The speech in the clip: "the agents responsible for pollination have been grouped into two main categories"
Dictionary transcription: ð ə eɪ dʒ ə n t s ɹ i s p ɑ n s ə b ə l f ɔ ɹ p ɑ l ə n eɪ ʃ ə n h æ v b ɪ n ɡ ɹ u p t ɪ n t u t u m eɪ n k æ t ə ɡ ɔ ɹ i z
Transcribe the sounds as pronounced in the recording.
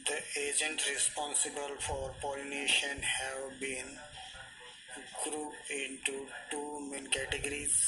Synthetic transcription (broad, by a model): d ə eɪ dʒ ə n t ɹ i s p ɑ n s ə b ə l f ɔ ɹ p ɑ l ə n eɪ ʃ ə n h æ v b ɪ n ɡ ɹ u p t ɪ n t u t u m eɪ n k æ t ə ɡ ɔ ɹ i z